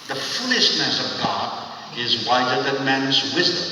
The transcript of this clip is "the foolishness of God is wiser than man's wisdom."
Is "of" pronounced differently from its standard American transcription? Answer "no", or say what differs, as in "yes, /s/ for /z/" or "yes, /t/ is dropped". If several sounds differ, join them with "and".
no